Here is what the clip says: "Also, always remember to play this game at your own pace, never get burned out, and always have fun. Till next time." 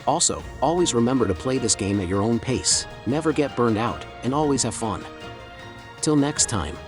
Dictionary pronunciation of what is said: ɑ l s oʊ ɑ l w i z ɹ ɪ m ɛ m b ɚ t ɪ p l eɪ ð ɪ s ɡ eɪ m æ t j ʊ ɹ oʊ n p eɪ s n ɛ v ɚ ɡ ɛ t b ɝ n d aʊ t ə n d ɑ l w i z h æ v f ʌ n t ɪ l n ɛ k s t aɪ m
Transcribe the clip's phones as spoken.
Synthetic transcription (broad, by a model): ɑ l s oʊ ɑ l w i z ɹ ɪ m ɛ m b ɚ t ɪ p l eɪ ð ɪ s ɡ eɪ m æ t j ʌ ɹ oʊ n p eɪ s n ɛ v ɚ ɡ ɛ t b ɝ n d aʊ t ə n ɑ l w i z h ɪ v f ʌ n t ɪ l n ɛ k s t aɪ m